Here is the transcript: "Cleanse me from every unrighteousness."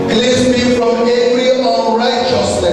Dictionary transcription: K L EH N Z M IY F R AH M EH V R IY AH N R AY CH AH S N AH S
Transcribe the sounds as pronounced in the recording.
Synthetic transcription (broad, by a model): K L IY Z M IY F R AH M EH R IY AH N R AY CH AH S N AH